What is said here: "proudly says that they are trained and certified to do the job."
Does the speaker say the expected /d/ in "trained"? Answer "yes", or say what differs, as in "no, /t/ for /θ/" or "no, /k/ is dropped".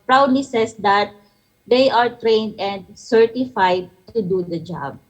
yes